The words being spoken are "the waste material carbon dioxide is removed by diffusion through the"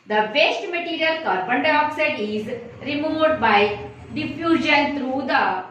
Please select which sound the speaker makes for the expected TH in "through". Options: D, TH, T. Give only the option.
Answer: T